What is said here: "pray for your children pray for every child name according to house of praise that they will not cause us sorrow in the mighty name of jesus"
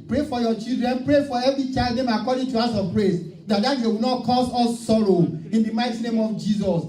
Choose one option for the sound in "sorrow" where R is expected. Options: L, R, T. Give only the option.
R